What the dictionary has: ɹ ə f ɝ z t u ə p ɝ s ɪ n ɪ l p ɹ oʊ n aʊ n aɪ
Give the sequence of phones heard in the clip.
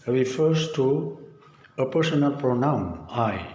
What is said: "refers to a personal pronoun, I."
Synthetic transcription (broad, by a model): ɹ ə f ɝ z t u ə p ɝ s ɪ n ɪ l p ɹ oʊ n aʊ n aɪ